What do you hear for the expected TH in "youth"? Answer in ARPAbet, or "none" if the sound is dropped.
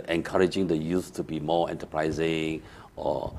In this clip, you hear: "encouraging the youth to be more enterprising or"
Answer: S